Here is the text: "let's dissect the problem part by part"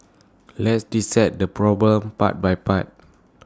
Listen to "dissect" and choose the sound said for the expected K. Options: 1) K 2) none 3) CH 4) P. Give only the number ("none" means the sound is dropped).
2